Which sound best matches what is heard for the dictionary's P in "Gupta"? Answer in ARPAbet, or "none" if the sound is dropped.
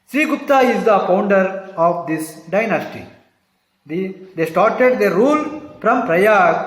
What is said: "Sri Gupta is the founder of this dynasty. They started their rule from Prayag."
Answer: none